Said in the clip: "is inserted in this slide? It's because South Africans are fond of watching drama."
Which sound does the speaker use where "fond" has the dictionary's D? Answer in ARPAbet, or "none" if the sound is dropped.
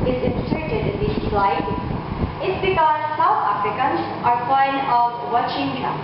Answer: none